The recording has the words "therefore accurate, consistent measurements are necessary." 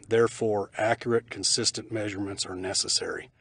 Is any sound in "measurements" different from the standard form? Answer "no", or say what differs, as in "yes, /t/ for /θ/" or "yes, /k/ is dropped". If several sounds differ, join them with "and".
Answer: no